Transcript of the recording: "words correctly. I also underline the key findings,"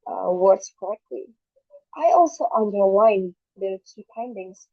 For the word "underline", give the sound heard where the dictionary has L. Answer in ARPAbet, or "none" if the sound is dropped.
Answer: W